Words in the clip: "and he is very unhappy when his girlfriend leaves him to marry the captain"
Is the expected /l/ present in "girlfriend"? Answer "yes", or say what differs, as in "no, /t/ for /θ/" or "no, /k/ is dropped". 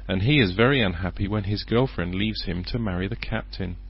yes